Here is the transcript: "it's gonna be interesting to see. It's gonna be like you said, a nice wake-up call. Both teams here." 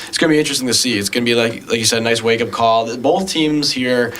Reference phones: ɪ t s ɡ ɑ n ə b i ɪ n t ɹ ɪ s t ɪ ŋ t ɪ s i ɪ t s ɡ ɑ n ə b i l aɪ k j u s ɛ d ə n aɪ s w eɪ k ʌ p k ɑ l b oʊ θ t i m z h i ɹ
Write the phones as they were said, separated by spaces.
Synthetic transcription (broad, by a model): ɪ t s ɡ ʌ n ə b i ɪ n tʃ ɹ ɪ s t ɪ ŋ t ɪ s i ɪ t s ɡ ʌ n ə b i l aɪ k j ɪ s ɛ d n aɪ s w eɪ k ʌ p k ɑ l b oʊ θ t i m z h i ɹ